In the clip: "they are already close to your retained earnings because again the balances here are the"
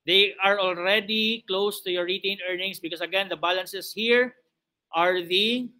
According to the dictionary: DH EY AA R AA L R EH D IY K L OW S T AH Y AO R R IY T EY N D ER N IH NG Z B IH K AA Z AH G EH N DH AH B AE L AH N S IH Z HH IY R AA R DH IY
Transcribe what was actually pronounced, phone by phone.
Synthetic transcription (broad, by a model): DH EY AA R AA L R EH D IY K L OW S T AH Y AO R R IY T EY N ER N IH NG S B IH K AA S AH G EH N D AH B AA L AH N S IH S HH IY R AA R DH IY